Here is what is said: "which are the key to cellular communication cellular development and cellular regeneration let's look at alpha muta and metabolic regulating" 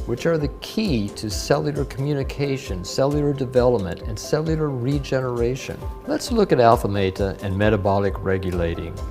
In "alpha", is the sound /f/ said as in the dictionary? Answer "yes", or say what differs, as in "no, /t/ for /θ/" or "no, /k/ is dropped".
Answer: yes